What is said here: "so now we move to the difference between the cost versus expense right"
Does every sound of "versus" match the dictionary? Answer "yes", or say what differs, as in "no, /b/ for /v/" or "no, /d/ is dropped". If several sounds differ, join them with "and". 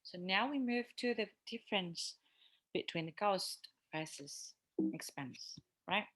no, /f/ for /v/